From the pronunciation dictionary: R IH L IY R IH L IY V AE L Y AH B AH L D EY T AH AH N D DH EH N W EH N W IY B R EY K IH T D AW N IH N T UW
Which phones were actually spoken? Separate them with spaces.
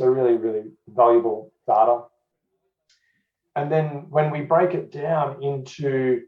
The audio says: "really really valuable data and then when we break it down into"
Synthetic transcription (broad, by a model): R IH L IY R IH L IY V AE L Y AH B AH L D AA T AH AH N DH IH N W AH N W IY B R EY K IH T D AW N IH N T UW